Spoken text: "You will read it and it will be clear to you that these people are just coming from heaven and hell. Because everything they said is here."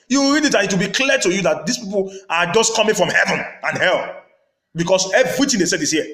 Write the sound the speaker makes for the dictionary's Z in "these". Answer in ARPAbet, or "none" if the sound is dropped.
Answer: S